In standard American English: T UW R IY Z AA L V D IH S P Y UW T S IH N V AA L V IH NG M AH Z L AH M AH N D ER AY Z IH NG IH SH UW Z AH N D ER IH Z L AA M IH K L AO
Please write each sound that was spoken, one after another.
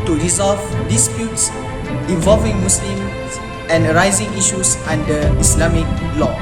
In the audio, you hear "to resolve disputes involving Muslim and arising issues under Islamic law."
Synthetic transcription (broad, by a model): T UW R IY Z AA L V D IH S P Y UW T S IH V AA L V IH NG M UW S L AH M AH N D ER AY Z IH NG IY SH UW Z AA N D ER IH S L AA M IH K L AO